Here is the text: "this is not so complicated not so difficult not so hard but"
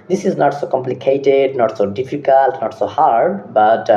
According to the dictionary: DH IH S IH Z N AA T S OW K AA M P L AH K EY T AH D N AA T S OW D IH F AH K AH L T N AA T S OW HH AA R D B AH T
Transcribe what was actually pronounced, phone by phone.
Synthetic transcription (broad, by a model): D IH S IH Z N AA T S OW K AA M P L AH K EY T AH D N AA T S OW D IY P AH K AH L T N AA T S OW HH AA R D B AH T